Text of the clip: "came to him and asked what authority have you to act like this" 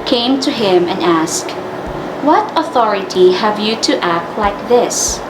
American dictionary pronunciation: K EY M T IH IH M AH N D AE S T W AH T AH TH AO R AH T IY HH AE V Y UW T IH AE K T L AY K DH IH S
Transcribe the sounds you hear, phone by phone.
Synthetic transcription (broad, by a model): K EY M T IH IH M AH N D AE S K W AH T AH TH AO R AH T IY HH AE V Y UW T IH AE K T L AY K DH IH S